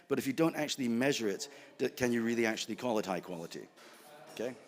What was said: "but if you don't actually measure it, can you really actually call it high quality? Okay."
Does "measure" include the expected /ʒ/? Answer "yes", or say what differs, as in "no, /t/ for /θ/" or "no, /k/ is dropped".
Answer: yes